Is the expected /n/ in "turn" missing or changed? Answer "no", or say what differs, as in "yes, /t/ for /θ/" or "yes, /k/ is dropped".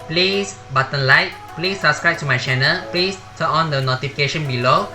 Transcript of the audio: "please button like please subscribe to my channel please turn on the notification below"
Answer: yes, /n/ is dropped